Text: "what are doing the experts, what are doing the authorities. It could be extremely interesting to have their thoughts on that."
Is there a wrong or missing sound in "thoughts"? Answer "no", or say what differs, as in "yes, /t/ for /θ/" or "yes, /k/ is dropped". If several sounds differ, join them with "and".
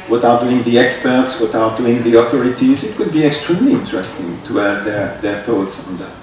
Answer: no